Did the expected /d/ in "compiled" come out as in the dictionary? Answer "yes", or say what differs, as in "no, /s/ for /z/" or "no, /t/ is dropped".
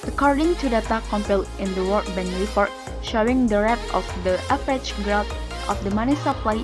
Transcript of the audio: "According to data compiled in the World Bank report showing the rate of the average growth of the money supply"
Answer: no, /d/ is dropped